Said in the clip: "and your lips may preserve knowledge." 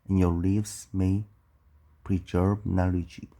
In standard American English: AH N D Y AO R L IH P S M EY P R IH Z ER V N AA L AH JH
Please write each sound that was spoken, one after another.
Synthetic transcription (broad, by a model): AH N Y AO R L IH F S M EY P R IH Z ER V N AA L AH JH